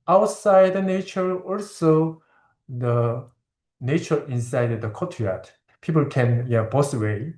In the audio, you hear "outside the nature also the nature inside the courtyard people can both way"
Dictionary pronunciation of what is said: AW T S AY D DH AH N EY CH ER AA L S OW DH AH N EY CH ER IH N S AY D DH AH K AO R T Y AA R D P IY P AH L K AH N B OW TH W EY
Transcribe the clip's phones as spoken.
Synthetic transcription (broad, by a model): AW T S AY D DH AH N EY CH ER AA L S OW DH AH N EY CH ER IH N S AY D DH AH K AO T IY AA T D P IY P AH L K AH N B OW S W EY